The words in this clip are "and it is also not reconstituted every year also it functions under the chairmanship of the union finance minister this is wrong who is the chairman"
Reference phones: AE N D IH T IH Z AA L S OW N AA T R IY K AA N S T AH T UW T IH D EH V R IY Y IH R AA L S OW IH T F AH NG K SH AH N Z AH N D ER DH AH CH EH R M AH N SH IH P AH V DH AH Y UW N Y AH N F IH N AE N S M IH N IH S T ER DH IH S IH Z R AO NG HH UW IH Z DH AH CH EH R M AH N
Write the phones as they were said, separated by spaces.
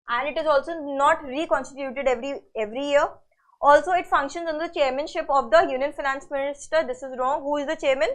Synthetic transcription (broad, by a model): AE N D IH T IH Z AA L S OW N AA T R IY K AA N S T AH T UW T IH D EH V R IY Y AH R AA L S OW IH T F AH NG K SH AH N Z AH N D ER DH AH CH EH R M AH N SH IH P AH V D AH Y UW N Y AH N F IH N AE N S M IH N IH S T ER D IH S IH Z R AO NG HH UW IH Z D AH CH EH R M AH N